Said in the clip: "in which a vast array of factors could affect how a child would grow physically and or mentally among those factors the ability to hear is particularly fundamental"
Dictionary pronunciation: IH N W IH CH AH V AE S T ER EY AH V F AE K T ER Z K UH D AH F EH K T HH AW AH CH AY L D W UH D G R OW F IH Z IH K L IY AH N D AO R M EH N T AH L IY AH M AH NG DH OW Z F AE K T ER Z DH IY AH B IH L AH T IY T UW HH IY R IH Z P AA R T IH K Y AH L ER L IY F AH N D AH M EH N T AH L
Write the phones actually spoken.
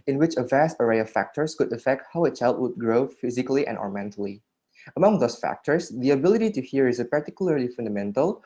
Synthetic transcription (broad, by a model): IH N W IH CH AH V AE S T ER EY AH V F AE K T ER S K UH D AH F EH K T HH AW AH CH AY L D W UH D G R OW F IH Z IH K L IY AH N AO R M EH N T AH L IY AH M AH NG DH OW S F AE K T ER S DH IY AH B IH L AH T IY T UW HH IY R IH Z P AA R T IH K Y L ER L IY F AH N D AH M EH N T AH L